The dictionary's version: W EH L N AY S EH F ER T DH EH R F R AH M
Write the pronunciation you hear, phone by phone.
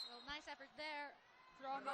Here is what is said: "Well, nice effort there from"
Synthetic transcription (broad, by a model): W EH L N AY S EH F ER T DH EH R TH R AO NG